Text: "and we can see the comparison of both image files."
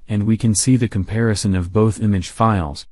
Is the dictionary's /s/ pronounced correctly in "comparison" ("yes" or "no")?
yes